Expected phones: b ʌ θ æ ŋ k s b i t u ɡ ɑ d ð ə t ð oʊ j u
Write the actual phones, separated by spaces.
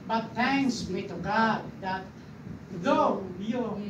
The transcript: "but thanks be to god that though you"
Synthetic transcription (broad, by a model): b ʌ t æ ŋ k s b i t u ɡ ɑ d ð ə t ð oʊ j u